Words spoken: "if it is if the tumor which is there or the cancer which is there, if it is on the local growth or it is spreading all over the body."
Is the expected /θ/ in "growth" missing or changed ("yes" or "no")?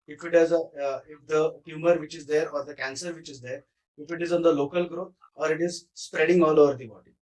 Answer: yes